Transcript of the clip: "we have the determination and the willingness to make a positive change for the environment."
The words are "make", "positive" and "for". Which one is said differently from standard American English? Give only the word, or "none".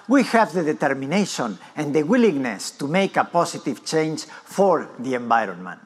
positive